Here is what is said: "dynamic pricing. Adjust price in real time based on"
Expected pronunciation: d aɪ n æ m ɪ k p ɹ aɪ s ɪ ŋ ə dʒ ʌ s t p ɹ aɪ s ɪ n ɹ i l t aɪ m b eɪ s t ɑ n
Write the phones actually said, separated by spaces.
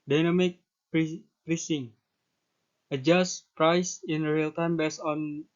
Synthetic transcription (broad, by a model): d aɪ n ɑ m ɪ k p ɹ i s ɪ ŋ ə dʒ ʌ s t p ɹ aɪ s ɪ n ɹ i l t aɪ m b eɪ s ɑ n